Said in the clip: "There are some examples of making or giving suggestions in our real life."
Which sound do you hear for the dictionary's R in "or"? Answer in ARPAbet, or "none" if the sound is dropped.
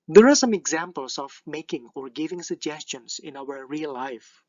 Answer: R